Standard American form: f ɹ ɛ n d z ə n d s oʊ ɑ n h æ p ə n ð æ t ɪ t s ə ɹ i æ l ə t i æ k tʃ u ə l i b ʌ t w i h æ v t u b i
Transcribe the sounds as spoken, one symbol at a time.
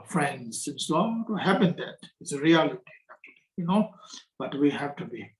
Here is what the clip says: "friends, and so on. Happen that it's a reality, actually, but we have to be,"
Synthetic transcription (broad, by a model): f ɹ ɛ n d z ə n s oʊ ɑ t h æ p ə n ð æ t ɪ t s ə ɹ i æ l ə t i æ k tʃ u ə n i b ʌ t w i h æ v t u b i